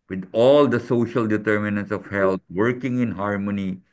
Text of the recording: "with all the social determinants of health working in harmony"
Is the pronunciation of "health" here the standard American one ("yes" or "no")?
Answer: no